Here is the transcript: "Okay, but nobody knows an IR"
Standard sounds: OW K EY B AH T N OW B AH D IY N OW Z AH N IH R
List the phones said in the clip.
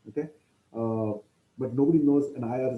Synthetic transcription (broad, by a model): OW K EY B AH T N OW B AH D IY N OW Z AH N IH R